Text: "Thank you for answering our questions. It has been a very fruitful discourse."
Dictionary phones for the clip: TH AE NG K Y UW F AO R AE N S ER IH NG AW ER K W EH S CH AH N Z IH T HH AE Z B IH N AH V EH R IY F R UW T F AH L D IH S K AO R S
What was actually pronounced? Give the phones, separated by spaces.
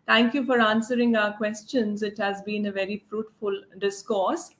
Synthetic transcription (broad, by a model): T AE NG K Y UW F AO R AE N S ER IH NG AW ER K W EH S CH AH N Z IH T HH AE Z B IH N AH V EH R IY F R UW T F AH L D IH S K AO R S